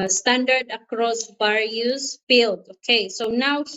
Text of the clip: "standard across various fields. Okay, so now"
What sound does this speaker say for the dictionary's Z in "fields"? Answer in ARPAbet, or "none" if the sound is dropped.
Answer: none